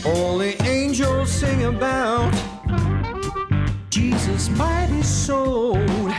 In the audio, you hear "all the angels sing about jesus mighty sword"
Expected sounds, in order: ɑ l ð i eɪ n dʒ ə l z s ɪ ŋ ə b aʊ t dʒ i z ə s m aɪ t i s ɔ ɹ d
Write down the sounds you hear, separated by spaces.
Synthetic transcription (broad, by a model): ɑ l ð i eɪ n dʒ ə l z s ɪ ŋ ə b aʊ t dʒ i z ə s m aɪ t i s ɔ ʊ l